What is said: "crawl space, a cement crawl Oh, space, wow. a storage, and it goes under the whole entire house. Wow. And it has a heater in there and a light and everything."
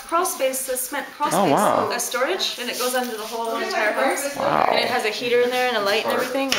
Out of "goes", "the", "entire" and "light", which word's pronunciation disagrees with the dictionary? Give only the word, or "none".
entire